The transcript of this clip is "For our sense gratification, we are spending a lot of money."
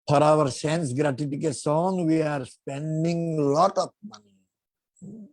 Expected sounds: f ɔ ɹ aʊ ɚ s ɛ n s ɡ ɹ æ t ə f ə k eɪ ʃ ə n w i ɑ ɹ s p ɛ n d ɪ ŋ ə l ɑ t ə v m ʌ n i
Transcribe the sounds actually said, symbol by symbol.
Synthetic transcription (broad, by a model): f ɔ ɹ aʊ ɚ s ɛ n s ɡ ɹ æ t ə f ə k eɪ s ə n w i ɑ ɹ s p ɛ n d ɪ ŋ l ɑ t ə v m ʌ n i